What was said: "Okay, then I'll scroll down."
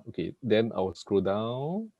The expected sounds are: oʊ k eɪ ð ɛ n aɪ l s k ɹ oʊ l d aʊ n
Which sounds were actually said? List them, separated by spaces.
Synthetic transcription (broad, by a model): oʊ k eɪ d ɛ n aɪ w s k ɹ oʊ d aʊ n